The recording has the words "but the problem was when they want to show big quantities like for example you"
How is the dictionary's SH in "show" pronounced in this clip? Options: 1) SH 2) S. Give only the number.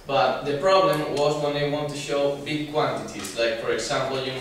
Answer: 1